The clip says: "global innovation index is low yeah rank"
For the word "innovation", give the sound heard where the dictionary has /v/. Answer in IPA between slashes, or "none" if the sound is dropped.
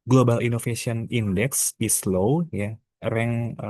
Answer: /f/